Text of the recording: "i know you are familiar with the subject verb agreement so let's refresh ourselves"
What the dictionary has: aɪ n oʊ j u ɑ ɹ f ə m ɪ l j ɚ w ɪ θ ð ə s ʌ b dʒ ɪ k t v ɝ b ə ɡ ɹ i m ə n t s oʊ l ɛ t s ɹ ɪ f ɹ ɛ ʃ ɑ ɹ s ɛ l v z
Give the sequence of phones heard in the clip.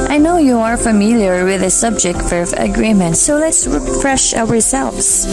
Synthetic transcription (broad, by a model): aɪ n oʊ j u ɑ ɹ f ə m ɪ l j ɚ w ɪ ð ə s ʌ b dʒ ɪ k t f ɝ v ə ɡ ɹ i m ə n t s oʊ l ɛ t s ɹ ɪ f ɹ ɛ ʃ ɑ ɹ s ɛ l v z